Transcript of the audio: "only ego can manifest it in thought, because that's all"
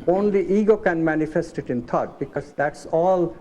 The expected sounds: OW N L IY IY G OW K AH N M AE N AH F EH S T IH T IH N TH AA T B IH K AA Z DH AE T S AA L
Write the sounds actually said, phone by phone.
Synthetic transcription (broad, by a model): OW N L IY IY G OW K AH N M AE N AH F EH S T IH T IH N T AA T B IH K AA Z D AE T S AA L